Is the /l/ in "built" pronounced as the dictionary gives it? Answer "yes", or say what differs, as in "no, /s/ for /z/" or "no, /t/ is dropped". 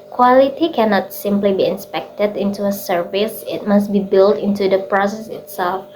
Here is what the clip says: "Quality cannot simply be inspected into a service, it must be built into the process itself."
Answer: yes